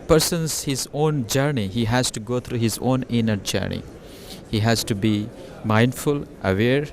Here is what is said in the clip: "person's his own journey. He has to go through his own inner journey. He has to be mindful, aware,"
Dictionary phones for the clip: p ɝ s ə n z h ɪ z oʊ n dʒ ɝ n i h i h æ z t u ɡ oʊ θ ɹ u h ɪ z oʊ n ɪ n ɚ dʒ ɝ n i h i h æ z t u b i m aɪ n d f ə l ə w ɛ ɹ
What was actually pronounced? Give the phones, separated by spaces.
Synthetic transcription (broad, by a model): p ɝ s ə n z h ɪ z oʊ n dʒ ɝ n i h i h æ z t u ɡ oʊ t ɹ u h ɪ z oʊ n ɪ n ɚ dʒ ɝ n i h i h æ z t u b i m aɪ n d f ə l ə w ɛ ɹ